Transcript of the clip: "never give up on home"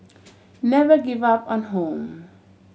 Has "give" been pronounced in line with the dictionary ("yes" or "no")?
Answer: yes